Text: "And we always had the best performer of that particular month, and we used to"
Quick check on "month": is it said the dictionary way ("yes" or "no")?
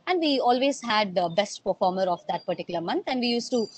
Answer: no